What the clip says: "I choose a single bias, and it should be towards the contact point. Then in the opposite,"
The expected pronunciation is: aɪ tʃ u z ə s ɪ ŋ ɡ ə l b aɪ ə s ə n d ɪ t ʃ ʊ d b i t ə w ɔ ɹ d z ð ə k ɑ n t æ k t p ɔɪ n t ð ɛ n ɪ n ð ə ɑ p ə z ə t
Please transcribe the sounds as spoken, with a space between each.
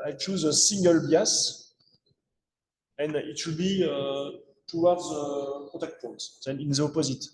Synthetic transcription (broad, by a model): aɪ tʃ u z ə s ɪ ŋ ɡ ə l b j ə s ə n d ɪ t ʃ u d b i t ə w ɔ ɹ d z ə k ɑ t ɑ k t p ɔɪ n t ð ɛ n ɪ n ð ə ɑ p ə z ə t